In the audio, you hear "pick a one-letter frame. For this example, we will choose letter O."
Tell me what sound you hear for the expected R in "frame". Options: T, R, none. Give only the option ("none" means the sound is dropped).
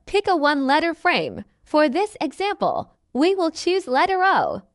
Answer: R